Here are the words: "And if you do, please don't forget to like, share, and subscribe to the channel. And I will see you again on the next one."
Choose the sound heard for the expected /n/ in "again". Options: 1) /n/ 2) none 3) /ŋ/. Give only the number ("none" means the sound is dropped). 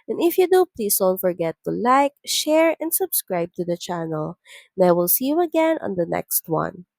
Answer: 1